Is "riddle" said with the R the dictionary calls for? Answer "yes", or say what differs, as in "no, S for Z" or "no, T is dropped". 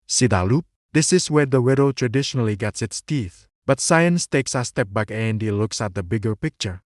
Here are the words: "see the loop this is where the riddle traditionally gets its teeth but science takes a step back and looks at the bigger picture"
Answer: no, W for R